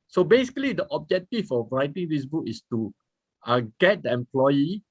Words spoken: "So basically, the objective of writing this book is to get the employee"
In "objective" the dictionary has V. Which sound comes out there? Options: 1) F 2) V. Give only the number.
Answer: 1